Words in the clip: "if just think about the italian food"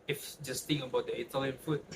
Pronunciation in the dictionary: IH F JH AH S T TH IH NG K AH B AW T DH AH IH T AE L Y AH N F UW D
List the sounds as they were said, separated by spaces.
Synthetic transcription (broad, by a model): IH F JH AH S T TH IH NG AH B AW T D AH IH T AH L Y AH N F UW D